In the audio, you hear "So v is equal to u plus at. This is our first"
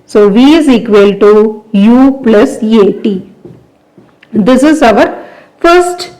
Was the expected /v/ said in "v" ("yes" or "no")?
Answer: yes